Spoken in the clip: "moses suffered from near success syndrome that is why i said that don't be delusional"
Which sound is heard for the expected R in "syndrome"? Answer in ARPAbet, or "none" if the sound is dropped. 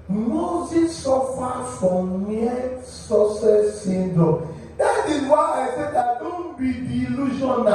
none